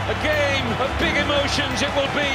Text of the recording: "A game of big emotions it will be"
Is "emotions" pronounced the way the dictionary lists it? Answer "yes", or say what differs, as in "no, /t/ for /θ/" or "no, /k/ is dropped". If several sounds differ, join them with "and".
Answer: yes